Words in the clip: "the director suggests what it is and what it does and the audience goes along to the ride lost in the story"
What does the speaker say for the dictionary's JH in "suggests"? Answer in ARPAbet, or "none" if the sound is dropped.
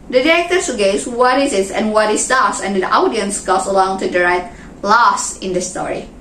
none